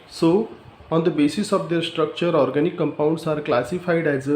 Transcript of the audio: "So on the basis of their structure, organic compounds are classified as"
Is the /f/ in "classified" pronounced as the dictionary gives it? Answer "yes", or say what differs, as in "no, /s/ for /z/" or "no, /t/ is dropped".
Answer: no, /p/ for /f/